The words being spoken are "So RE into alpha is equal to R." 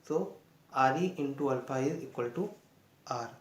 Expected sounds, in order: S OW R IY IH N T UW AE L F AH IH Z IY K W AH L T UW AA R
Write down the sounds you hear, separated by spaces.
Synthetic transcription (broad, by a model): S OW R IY IH N T UW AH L P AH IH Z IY K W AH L T UW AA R